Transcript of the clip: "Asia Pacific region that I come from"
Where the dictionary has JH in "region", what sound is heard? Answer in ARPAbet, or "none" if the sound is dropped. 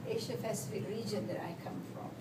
JH